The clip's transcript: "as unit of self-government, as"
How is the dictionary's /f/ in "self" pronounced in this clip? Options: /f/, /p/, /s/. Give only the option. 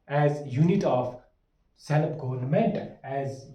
/p/